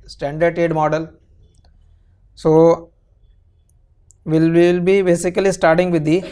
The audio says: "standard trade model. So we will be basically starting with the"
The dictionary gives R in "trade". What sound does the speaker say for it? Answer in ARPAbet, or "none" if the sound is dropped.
none